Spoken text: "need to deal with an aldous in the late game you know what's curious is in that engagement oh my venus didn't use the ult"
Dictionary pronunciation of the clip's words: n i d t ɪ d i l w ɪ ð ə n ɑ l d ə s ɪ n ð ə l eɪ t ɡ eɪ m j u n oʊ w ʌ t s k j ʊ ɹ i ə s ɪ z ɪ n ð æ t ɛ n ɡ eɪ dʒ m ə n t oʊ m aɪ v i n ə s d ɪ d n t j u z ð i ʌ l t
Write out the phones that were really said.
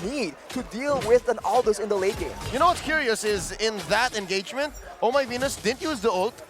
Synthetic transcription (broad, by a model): n i d t ɪ d i l w ɪ ð ə n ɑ l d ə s ɪ n ð ə l eɪ t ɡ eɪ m j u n oʊ w ʌ t s k j ʊ ɹ i ə s ɪ z ɪ n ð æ t ɛ n ɡ eɪ dʒ m ə n t oʊ m aɪ v i n ə s d ɪ d n t j u z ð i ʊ l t